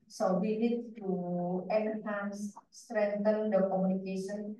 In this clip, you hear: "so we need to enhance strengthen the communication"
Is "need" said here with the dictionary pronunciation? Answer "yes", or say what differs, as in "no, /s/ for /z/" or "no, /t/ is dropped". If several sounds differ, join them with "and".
no, /l/ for /n/